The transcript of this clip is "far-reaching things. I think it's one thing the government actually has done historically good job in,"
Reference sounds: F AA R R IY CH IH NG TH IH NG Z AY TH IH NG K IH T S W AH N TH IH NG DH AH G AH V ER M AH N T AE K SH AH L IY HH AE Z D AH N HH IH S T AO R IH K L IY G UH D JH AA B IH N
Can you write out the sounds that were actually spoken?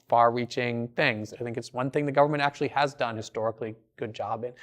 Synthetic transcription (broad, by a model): F AA R R IY CH IH NG TH IH NG Z AY TH IH NG K IH T S W AH N TH IH NG DH AH G AH V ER M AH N T AE K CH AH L IY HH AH Z D AH N HH IH S T AO R IH K L IY G UH D JH AA B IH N